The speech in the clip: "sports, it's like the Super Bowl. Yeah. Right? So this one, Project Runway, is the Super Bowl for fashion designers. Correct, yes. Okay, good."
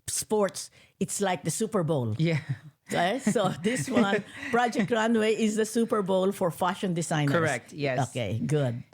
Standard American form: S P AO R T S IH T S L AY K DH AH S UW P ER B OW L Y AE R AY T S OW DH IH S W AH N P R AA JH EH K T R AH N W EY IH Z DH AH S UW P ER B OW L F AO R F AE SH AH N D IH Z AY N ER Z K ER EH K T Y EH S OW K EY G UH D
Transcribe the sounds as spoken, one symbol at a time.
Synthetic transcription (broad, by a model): S P AO R T S IH T S L AY K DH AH S UW P ER B OW L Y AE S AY S OW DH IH S W AH N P R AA JH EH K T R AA N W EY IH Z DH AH S UW P ER B OW L F AO R F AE SH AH N D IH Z AY N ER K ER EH K T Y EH OW K EY G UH D